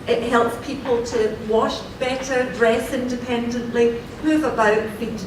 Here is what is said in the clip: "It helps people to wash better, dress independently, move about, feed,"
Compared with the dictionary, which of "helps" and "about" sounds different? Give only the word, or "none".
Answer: none